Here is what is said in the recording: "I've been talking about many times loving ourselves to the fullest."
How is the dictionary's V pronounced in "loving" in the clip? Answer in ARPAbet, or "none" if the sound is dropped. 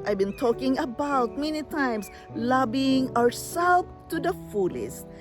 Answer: B